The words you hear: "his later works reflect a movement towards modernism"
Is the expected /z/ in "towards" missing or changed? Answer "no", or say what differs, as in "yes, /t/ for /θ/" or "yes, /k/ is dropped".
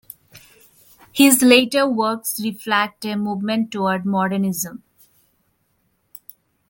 yes, /z/ is dropped